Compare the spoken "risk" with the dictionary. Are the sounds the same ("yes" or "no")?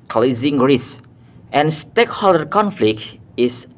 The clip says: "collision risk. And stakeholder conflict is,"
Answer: no